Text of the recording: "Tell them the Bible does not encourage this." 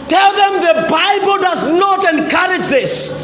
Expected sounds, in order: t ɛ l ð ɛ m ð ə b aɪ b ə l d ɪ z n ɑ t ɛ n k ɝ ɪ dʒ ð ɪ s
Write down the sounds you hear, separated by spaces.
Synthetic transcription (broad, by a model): t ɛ l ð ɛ m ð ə b aɪ b ə l d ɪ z n ɑ t ɛ n k ɝ ɪ dʒ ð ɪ s